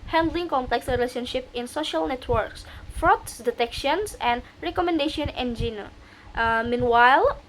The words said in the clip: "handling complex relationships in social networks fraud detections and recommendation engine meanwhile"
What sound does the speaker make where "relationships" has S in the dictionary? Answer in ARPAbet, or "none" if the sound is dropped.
none